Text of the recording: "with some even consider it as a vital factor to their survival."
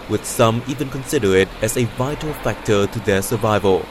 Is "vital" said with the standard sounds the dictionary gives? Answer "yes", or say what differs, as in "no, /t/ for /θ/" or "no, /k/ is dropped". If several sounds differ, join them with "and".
yes